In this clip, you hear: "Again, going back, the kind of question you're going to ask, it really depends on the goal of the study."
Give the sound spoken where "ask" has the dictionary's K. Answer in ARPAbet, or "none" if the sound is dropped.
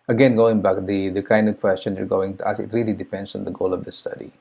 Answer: none